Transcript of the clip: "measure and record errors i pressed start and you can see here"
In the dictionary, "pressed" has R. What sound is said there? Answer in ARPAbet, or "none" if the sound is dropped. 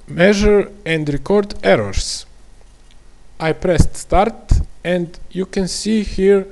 R